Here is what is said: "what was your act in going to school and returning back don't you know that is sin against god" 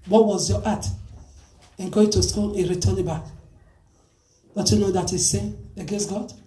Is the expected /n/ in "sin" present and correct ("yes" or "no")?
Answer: no